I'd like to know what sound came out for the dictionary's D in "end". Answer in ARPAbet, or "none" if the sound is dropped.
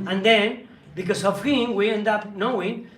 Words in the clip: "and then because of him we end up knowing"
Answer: D